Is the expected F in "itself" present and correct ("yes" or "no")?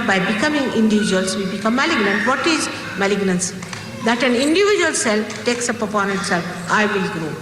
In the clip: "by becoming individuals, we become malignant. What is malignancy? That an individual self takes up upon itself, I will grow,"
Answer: no